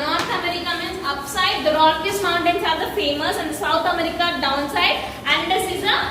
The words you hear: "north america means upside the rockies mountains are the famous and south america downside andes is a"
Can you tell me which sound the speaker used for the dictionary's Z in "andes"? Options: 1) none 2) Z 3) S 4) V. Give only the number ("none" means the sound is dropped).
3